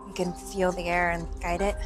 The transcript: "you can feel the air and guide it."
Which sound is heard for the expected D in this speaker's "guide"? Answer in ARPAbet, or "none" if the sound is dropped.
D